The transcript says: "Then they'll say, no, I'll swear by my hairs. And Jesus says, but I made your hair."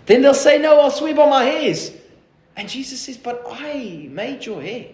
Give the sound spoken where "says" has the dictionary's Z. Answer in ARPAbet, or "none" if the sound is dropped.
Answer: Z